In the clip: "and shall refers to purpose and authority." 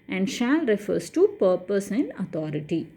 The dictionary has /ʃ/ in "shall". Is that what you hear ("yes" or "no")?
yes